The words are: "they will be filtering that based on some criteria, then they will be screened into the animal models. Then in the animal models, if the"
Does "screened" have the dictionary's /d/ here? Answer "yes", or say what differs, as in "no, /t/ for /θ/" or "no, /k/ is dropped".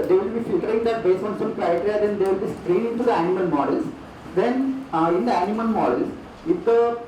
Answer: no, /d/ is dropped